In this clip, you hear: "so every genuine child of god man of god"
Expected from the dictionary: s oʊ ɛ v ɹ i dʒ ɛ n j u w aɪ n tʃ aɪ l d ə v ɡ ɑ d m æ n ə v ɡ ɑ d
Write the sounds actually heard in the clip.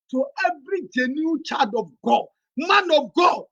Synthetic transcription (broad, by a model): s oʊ ɛ v ɹ i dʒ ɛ n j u tʃ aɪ d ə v ɡ ɑ d m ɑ n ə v ɡ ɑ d